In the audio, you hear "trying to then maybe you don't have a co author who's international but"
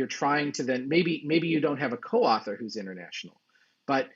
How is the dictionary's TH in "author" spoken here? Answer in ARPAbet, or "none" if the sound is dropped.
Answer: TH